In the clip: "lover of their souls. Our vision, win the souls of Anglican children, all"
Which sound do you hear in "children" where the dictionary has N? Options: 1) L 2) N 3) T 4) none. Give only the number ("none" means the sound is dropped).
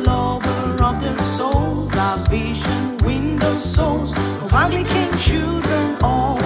2